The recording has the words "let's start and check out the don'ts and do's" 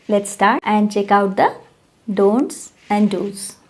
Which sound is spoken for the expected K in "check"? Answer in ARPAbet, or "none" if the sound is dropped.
K